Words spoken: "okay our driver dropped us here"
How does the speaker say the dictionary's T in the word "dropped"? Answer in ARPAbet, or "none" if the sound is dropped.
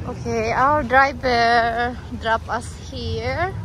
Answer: none